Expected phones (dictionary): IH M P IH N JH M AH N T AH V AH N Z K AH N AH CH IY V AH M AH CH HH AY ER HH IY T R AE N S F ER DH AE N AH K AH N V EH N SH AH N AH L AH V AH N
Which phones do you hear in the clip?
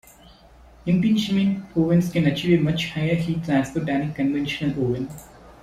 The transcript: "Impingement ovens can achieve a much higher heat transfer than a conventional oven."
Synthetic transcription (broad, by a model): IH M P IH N SH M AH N AO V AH N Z K AH N AH CH IY V AH M AH CH HH AY ER HH IY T AE S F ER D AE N AH K AH N V EH N SH AH N AH L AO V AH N